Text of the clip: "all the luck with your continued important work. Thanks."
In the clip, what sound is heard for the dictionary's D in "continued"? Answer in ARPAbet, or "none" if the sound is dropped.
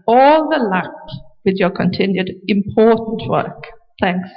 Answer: D